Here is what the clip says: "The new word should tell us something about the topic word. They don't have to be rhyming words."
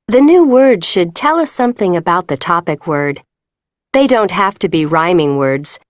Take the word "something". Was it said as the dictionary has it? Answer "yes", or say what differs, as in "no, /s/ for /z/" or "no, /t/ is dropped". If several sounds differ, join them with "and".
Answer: yes